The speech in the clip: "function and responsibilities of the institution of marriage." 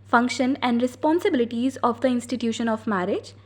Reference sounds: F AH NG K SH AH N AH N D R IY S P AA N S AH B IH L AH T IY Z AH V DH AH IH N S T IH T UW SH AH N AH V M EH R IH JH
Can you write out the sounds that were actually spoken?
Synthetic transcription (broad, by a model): F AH NG K SH AH N AH N D R IY S P AA N S AH B IH L AH T IY Z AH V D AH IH N S T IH T UW SH AH N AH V M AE R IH JH